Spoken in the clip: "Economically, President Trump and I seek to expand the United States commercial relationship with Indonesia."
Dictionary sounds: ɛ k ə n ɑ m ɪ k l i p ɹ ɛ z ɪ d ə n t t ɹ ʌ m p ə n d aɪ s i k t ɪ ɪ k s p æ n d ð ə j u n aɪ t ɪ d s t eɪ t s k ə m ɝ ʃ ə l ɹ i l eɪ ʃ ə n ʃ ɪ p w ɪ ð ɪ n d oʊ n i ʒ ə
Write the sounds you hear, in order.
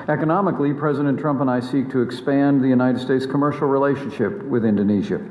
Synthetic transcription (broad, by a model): ɛ k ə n ɑ m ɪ k l i p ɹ ɛ z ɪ d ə n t t ɹ ʌ m p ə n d aɪ s i k t ɪ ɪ k s p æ n ð ə j u n aɪ t ɪ d s t eɪ t s k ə m ɝ ʃ l ɹ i l eɪ ʃ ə n ʃ ɪ p w ɪ ð ɪ n d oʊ n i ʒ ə